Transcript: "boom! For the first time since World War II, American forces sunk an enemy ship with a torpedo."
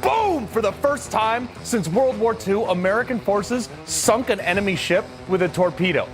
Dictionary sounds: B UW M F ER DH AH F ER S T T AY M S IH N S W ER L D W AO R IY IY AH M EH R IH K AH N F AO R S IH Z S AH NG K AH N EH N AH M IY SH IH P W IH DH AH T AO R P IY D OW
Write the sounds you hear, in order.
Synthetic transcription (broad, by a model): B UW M F ER DH AH F ER S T T AY M S IH N S W ER L D W AO R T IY AH M EH R IH K AH N F AO R S IH Z S AH NG K AH N EH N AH M IY SH IH P W IH DH AH T AO R P IY D OW